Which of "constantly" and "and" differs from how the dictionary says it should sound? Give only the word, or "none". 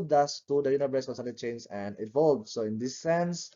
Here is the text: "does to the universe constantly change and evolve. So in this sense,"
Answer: constantly